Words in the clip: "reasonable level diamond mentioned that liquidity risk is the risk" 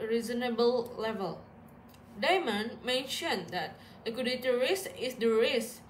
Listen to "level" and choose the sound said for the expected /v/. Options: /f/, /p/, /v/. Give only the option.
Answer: /v/